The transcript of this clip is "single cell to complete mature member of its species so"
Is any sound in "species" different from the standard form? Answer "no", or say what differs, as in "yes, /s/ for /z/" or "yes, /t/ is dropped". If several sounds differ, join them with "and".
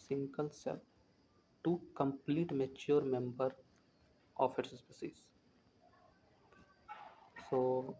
yes, /s/ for /ʃ/